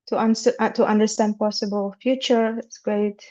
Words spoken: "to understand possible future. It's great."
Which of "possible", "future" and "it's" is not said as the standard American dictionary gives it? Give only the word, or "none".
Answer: none